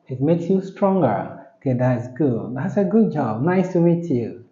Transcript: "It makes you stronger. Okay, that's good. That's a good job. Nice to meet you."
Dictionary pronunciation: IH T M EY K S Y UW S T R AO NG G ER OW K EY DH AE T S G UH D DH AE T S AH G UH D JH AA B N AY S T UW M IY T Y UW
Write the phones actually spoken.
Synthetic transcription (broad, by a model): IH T M EY K S Y UW S T R AO NG G ER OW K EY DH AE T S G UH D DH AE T S AH G UH D JH AA B N AY S T UW M IY T Y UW